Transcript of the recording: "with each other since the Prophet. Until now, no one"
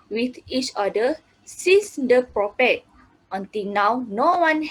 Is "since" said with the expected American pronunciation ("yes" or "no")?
no